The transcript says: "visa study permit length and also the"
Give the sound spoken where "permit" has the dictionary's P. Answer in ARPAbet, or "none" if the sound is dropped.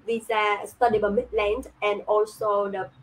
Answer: B